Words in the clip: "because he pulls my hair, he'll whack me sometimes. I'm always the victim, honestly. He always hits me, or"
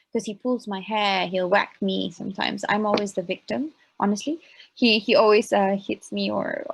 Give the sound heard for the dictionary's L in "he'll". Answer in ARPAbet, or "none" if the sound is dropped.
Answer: L